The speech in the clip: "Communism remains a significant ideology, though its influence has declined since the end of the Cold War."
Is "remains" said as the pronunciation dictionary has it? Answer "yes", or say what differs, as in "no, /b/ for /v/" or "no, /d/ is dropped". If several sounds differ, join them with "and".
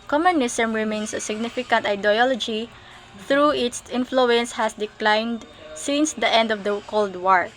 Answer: no, /s/ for /z/